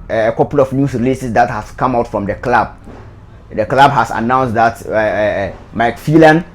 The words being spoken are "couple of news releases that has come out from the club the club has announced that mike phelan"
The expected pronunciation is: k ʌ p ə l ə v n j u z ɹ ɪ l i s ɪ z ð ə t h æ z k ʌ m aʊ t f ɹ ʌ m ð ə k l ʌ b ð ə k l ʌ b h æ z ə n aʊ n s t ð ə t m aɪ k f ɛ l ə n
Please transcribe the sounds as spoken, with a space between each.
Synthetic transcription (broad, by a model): k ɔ p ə l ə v n j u s ɹ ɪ l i s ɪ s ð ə t h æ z k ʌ m aʊ t f ɹ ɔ m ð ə k l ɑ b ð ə k l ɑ b h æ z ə n aʊ n s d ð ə t m aɪ k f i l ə n